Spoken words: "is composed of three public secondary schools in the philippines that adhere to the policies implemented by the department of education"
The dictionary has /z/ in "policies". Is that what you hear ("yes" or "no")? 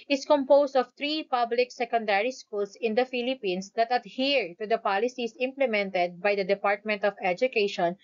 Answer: no